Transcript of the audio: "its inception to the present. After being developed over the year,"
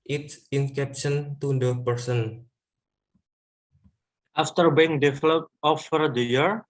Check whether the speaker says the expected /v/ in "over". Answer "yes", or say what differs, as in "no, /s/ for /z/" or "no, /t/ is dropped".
no, /f/ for /v/